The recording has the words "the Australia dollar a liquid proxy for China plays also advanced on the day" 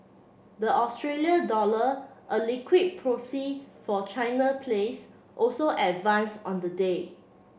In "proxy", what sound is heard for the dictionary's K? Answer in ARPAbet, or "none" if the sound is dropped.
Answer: none